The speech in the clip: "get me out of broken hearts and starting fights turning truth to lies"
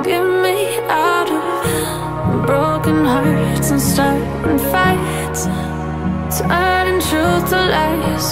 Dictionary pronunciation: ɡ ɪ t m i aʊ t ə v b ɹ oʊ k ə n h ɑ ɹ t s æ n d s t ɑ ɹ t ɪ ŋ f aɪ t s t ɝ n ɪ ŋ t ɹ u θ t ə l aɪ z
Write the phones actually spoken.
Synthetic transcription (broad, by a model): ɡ ɪ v m i aʊ t ə v b ɹ oʊ k ə n h ɑ ɹ t s n s t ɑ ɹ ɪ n f aɪ t s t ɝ ɪ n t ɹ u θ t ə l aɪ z